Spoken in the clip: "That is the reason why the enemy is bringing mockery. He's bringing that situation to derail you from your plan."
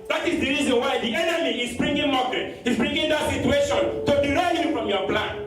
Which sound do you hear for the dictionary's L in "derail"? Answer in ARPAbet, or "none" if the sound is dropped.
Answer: N